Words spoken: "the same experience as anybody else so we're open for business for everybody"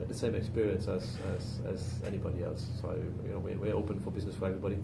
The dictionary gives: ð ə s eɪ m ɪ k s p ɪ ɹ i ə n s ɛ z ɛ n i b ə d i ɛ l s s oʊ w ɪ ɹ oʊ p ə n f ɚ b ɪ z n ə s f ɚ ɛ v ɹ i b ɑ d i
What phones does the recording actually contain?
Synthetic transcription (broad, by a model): ð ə s eɪ m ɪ k s p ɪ ɹ i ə n s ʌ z ɛ n i b ə d i ɛ l s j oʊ w ɪ ɹ oʊ p ə n f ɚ b ɪ z n ə s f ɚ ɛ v ɹ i b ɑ d i